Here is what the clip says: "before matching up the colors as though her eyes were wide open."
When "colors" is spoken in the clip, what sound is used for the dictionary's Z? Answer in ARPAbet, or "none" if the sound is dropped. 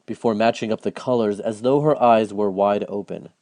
Z